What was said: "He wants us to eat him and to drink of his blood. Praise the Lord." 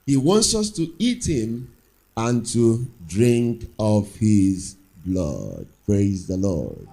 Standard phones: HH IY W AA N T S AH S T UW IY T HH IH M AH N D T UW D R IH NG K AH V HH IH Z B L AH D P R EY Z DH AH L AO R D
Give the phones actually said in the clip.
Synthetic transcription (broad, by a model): HH IY W AA N T S AH S T UW IY T HH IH M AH N T UW D R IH NG K AH V HH IH Z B L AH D P R EY Z DH AH L AO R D